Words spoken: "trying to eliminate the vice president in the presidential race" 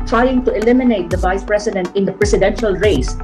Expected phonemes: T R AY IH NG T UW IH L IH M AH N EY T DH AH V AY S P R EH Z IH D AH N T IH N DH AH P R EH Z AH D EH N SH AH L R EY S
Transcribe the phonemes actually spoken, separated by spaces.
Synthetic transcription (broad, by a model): T R AY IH NG T UW IH L IH M AH N EY T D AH V AY S P R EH S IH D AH N T IH N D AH P R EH S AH D EH N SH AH L R EY S